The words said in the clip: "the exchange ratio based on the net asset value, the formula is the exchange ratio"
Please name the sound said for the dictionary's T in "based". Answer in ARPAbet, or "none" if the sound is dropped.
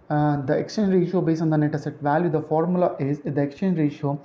none